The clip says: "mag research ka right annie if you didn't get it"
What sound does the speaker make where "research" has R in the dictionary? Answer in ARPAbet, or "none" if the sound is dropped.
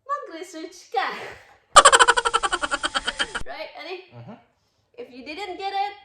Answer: L